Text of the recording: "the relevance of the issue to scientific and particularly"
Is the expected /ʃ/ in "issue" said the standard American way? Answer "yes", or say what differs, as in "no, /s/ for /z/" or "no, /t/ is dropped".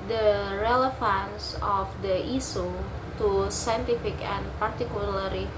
no, /s/ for /ʃ/